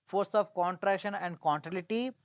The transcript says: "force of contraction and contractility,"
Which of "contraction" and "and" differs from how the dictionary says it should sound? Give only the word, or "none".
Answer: none